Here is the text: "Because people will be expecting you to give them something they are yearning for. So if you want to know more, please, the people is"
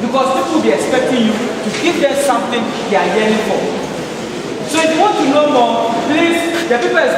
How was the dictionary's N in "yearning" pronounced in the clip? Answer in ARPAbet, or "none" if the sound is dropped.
none